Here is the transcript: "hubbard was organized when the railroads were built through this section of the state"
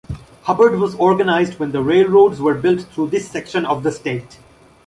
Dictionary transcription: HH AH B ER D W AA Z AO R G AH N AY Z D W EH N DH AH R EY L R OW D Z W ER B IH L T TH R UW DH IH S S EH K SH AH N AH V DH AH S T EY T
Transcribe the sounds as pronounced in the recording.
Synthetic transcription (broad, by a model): HH AH B ER D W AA Z AO R G AH N AY Z D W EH N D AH R EY L R OW D Z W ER B IH L T T R UW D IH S S EH K SH AH N AH V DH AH S T EY T